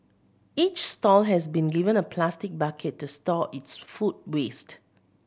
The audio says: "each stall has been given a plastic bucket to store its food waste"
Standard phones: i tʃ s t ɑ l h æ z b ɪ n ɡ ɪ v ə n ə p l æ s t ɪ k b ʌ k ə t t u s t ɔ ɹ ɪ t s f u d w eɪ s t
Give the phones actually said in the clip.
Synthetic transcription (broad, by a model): i tʃ s t ɑ l h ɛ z b ɪ n ɡ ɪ v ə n ə p l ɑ s t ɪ k b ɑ k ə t t u s t ɔ ɪ t s f u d w eɪ s t